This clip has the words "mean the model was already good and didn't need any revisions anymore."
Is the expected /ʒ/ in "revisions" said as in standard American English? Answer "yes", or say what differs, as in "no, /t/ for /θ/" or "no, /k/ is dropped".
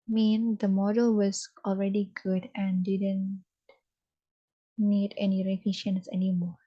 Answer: no, /ʃ/ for /ʒ/